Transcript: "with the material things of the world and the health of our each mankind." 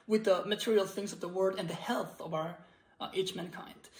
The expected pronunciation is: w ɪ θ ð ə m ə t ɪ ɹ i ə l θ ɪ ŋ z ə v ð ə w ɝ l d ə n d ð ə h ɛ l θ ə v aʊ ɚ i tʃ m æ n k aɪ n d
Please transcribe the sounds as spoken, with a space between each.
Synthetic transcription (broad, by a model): w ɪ ð ə m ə t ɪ ɹ i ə l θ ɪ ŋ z ə v ð ə w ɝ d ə n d ð ə h ɛ l θ ə v aʊ ɚ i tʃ m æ n k aɪ n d